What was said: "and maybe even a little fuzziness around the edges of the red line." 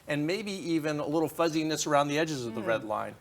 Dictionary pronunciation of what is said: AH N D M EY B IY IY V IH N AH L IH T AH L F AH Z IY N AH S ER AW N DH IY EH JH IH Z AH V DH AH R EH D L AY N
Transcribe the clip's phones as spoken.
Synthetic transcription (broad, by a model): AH N M EY B IY IY V IH N AH L IH T L F AH Z IY N AH S ER AW N DH IY EH JH IH Z AH V DH AH R EH D L AY N